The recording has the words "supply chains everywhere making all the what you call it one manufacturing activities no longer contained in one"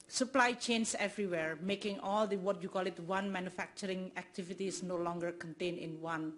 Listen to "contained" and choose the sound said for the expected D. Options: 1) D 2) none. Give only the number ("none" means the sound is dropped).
2